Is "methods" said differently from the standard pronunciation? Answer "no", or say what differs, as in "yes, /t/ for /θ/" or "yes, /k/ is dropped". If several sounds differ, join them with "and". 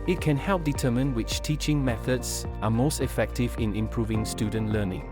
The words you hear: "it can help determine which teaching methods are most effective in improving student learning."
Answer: no